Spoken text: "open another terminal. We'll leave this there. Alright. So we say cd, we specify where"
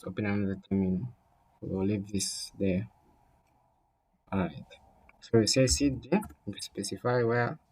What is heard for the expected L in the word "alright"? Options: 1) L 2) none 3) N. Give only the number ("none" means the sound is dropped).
2